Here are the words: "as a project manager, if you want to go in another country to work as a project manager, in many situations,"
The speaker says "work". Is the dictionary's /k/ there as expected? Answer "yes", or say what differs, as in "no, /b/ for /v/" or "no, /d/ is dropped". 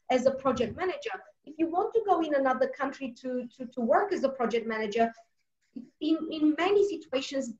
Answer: yes